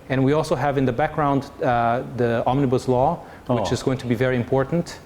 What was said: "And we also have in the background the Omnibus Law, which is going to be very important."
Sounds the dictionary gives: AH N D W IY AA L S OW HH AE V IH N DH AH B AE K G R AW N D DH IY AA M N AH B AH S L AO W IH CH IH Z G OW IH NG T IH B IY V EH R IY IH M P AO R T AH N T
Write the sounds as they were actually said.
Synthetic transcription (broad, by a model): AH N W IY AA L S OW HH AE V IH N DH AH B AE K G R AW N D DH IY AA M N AH B AH S L AO W IH CH IH Z G OW IH NG T IH B IY V EH R IY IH M P AO R T N T